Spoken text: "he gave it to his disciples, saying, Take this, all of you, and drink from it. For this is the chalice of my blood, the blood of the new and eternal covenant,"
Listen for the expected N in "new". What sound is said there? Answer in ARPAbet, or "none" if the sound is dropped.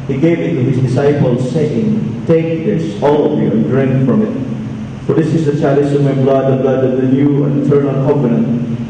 L